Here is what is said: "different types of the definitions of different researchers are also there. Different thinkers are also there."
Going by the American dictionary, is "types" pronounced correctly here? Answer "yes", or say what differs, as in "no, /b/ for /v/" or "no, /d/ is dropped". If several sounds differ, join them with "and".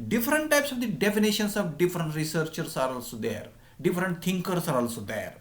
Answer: yes